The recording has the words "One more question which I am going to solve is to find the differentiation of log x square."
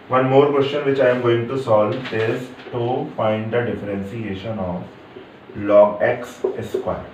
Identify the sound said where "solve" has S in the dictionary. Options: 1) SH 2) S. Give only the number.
2